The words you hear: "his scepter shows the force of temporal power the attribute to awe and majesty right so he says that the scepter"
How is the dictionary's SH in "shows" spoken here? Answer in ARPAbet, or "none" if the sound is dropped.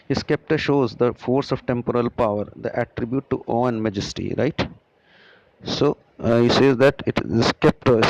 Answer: SH